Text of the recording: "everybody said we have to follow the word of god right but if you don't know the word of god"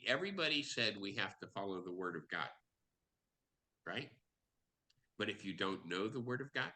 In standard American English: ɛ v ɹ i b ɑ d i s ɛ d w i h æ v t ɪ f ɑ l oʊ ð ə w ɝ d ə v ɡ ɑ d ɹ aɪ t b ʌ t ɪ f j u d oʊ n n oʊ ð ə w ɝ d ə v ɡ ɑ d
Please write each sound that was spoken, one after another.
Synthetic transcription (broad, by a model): ɛ v ɹ i b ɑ d i s ɛ d w i h æ f t ɪ f ɑ l oʊ ð ə w ɝ d ə v ɡ ɑ d ɹ aɪ t b ʌ t ɪ f j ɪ d oʊ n n oʊ ð ə w ɝ d ə v ɡ ɑ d